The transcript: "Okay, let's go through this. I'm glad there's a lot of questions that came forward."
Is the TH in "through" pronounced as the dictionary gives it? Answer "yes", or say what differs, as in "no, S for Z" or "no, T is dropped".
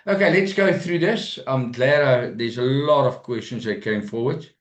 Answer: yes